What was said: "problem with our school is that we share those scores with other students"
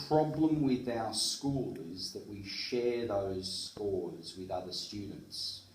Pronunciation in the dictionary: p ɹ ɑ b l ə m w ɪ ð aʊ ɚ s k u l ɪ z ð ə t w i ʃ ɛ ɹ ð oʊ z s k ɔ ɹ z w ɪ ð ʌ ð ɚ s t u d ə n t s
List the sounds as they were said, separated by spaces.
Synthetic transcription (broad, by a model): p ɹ ɑ b l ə m w ɪ ð aʊ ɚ s k u l ɪ z ð ə t w i ʃ ɛ ɹ ð oʊ z s k ɔ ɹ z w ɪ ð ʌ ð ɚ s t u d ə n t s